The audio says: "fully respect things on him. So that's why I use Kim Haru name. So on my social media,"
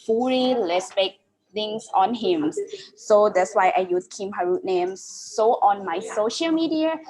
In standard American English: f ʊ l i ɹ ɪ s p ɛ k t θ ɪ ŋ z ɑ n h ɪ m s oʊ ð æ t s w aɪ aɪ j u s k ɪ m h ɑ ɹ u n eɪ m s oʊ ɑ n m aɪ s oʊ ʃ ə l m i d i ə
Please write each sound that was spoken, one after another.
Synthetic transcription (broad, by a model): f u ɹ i l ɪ s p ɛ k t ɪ ŋ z ɑ n h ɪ m s oʊ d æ t s w aɪ aɪ j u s k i m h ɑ ɹ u n eɪ m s oʊ ɑ n m aɪ s oʊ ʃ ə l m i d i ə